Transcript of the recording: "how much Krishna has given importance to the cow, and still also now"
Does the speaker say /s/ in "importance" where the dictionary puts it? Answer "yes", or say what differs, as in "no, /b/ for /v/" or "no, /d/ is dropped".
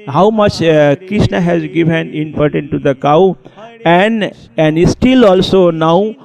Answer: no, /s/ is dropped